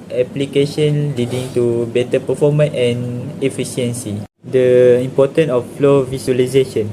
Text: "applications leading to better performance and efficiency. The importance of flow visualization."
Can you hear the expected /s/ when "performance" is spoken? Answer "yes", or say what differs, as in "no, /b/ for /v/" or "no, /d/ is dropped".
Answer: no, /s/ is dropped